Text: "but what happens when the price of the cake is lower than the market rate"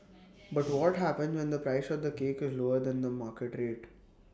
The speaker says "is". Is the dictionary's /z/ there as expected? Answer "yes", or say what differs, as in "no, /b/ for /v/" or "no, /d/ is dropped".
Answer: yes